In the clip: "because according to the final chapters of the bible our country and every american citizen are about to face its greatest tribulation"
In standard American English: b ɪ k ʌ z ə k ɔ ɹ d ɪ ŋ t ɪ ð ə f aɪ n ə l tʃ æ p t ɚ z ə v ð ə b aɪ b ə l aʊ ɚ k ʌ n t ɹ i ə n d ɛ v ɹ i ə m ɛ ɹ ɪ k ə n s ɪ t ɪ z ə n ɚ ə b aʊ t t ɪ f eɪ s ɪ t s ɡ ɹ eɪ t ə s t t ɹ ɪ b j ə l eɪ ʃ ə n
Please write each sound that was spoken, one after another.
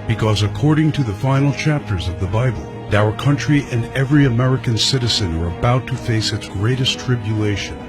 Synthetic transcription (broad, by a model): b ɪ k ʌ z ə k ɔ ɹ d ɪ ŋ t ɪ ð ə f aɪ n l tʃ æ p t ɚ z ə v ð ə b aɪ b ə l aʊ ɚ k ʌ n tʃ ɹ i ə n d ɛ v ɹ i ə m ɛ ɹ ɪ k ə n s ɪ t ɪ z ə n ɚ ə b aʊ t t ɪ f eɪ s ɪ t s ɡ ɹ eɪ t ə s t t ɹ ɪ b j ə l eɪ ʃ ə n